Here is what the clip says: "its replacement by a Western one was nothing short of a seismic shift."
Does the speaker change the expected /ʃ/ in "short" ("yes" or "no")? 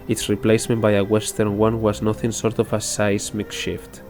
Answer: yes